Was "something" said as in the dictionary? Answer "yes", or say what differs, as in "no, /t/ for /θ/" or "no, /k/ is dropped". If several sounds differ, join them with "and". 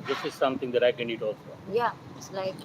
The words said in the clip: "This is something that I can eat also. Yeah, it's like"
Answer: no, /t/ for /θ/